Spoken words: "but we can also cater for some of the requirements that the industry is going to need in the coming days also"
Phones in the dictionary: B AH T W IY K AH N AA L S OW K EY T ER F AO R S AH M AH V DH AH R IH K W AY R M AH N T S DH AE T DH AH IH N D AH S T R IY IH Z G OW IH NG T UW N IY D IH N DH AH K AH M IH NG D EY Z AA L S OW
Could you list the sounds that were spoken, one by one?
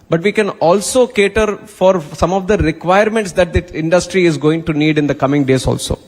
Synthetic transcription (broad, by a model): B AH T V IY K AH N AA L S OW K EY T ER F AO R S AH M AH V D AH R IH K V AY R M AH N T S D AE T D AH IH N D AH S T R IY IH Z G OW IH NG T UW N IY D IH N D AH K AH M IH NG D EY Z AA L S OW